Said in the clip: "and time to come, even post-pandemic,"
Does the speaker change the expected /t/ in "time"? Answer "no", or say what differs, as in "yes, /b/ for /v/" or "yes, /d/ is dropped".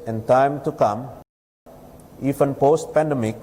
no